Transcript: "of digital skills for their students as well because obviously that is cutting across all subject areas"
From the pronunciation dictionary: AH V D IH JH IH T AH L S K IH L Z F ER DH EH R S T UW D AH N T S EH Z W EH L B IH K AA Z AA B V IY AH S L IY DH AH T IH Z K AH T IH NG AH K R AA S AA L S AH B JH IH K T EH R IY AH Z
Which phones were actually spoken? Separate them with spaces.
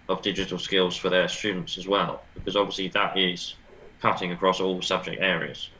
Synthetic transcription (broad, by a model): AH V D IH JH IH T AH L S K IH L Z F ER DH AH R S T UW D N T S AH Z W EH L B IH K AA Z AA B V IY AH S L IY DH AH T IH Z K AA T IH NG AH K R AA S AA L S AH B JH IH K T EH R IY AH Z